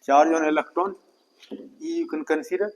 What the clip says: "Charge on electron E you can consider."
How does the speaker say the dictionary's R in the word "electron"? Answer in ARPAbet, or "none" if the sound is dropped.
none